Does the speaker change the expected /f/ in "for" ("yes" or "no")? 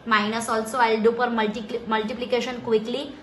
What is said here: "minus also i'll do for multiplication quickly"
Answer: yes